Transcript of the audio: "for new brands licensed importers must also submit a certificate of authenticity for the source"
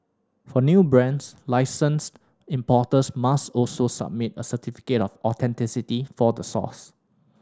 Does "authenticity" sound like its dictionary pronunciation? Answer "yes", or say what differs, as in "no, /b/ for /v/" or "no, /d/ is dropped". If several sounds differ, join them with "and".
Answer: no, /t/ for /θ/